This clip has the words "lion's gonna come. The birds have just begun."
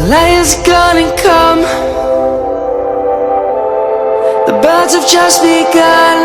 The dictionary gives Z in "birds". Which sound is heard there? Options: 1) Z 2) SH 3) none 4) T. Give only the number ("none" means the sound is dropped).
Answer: 1